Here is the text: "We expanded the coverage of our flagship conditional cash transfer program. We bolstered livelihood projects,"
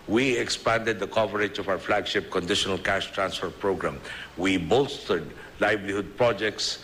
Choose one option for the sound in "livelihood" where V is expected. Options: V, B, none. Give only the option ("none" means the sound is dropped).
B